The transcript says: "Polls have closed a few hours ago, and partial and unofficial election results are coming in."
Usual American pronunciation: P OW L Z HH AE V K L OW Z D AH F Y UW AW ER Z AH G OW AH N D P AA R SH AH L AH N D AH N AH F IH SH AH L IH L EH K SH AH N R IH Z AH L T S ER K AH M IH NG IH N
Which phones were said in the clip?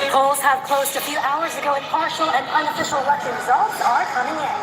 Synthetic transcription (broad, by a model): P OW L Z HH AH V K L OW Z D AH F Y UW AW ER Z AH G OW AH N P AA R SH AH L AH N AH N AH F IH SH L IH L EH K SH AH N R IH Z AH L T S ER K AH M IH NG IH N